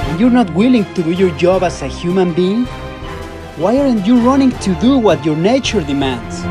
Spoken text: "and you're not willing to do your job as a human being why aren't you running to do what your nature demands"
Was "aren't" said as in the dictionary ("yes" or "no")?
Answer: yes